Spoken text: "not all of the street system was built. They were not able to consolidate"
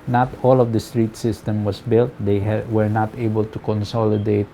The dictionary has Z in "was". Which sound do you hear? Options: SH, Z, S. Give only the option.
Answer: S